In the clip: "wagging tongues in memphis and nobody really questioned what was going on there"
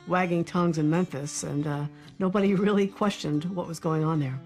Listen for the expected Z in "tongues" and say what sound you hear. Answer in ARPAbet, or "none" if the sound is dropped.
Z